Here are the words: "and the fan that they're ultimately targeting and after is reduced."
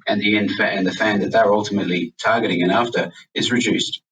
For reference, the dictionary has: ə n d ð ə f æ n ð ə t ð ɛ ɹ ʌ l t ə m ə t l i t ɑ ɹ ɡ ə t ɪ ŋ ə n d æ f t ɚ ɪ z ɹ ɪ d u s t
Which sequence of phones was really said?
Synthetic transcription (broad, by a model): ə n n ð ə f æ n ð ə t ð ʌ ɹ ʌ l t ə m ə t l i t ɑ ɹ ɡ ə t ɪ ŋ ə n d æ f t ɚ ɪ z ɹ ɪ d u s t